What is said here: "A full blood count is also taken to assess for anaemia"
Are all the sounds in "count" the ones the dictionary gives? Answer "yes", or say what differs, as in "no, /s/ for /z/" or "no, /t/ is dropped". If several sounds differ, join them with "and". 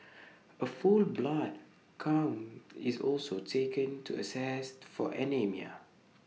no, /t/ is dropped